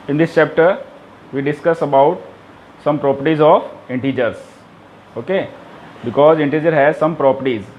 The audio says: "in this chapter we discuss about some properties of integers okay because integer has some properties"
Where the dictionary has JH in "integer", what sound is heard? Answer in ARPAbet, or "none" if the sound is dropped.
JH